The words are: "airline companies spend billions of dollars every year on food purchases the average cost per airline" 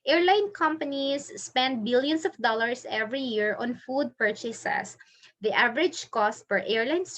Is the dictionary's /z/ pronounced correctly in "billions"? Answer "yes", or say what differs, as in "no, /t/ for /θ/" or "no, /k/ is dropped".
no, /s/ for /z/